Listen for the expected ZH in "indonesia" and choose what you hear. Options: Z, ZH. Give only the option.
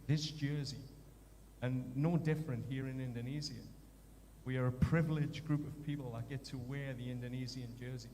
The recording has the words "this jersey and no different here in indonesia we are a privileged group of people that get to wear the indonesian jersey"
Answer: Z